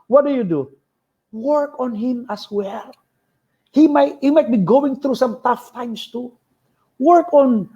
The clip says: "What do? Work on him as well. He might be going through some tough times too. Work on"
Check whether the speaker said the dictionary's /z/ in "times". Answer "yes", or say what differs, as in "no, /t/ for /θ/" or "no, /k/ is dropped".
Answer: no, /s/ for /z/